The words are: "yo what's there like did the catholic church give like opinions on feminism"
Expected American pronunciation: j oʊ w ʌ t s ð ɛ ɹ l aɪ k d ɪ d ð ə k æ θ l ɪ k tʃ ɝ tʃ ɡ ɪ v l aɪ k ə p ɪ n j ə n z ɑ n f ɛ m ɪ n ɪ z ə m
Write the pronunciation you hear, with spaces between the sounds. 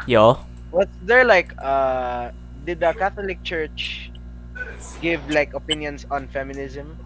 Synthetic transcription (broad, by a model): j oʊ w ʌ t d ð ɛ ɹ l aɪ k d ɪ d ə k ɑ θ l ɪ k tʃ ɝ tʃ ɡ ɪ v l aɪ k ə p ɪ n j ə n s ɑ n f ɛ m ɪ n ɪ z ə m